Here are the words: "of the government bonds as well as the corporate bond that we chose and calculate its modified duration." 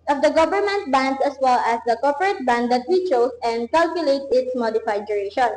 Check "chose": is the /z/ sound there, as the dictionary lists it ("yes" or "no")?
no